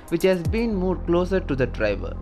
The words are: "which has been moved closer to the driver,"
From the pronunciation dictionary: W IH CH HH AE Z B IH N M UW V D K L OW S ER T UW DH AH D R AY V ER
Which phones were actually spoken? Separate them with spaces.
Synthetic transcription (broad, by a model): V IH CH HH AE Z B IH N M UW D K L OW S ER T UW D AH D R AY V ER